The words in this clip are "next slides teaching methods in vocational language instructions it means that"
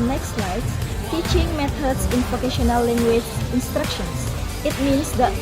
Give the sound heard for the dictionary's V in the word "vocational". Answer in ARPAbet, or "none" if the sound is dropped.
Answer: P